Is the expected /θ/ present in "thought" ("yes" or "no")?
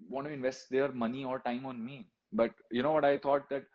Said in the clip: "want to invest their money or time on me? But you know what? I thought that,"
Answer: no